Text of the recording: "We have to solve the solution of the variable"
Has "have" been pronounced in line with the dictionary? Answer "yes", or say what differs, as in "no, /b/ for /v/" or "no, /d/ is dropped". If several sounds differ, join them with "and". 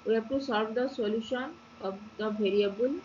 no, /p/ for /v/